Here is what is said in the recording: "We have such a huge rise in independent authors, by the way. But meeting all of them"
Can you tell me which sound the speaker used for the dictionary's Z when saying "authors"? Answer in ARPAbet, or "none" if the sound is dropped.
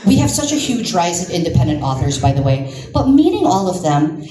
Z